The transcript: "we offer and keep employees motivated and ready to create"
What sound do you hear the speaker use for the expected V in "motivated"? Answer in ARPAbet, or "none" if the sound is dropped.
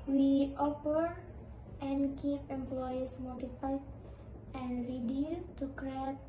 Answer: P